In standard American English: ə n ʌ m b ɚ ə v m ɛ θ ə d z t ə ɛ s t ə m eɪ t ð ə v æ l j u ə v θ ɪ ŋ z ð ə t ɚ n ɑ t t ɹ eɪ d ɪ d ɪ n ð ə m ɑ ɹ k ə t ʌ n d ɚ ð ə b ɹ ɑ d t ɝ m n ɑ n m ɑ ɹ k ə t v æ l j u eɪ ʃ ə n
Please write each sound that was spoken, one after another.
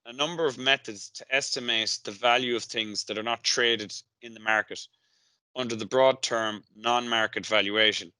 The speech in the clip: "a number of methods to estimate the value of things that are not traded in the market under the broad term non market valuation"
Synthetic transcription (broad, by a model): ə n ʌ m b ɚ ə v m ɛ θ ə d z t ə ɛ s t ə m eɪ t ð ə v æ l j u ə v θ ɪ ŋ z ð ə t ɚ n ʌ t t ɹ eɪ d ɪ d ɪ n ð ə m ɑ ɹ k ə t ʌ n d ɚ ð ə b ɹ ɑ d t ɝ m n ɑ n m ɑ ɹ k ə t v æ l j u eɪ ʃ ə n